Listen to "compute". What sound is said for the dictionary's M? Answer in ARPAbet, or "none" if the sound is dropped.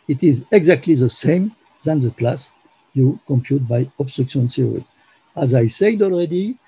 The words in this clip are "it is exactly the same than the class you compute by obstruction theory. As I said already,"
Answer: M